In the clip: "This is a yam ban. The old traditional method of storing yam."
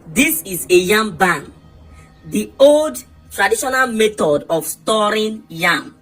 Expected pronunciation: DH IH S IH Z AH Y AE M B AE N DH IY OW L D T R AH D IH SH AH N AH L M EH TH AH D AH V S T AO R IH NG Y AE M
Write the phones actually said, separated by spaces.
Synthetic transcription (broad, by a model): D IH S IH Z AH Y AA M B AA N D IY OW L D T R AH D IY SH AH N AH L M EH T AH D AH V S T AO R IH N Y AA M